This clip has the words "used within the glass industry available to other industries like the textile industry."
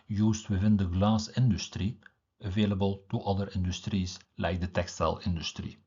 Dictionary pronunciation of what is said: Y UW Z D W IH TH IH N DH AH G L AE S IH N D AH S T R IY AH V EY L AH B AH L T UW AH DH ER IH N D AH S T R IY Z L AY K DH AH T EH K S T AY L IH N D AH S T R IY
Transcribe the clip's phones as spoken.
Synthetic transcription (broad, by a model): Y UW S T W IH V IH N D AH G L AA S IH N D AH S T R IY AH V EY L AH B AH L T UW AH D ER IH N D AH S T R IY S L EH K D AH T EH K S T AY L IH N D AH S T R IY